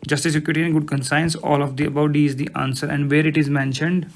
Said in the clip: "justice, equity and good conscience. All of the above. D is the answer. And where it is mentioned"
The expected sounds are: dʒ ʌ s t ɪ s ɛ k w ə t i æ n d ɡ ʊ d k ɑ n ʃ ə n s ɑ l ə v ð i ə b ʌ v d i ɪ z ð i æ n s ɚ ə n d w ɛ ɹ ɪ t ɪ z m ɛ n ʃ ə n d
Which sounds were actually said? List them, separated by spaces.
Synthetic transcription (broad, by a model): dʒ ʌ s t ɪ s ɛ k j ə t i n ɡ ʊ d k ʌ n s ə n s ɑ l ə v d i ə b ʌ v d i ɪ z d i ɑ n s ɚ ə n d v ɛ ɹ ɪ t ɪ z m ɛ n ʃ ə n d